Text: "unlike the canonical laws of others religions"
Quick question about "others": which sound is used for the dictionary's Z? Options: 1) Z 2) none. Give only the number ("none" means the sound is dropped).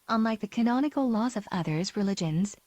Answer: 1